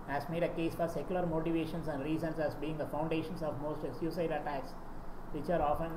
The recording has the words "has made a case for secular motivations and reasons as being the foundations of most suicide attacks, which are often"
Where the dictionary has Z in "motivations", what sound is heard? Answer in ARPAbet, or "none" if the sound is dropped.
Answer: S